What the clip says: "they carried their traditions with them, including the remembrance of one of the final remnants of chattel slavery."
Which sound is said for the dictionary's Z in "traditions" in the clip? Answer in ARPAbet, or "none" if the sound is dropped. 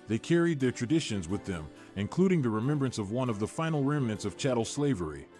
Z